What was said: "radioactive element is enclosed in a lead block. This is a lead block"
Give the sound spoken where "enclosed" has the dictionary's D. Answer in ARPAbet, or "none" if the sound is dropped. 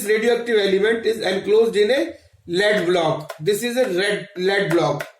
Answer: D